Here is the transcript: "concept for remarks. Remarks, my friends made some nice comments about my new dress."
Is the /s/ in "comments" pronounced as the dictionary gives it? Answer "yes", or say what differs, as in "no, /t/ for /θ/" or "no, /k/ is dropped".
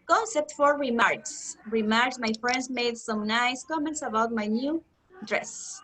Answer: yes